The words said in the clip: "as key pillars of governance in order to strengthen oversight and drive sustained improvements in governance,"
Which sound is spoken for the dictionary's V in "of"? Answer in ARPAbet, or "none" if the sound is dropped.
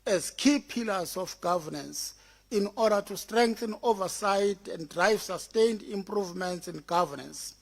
F